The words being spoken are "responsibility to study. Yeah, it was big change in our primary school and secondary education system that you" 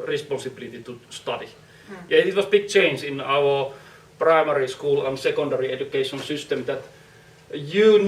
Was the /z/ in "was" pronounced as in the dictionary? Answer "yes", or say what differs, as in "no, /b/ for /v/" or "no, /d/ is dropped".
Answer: no, /s/ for /z/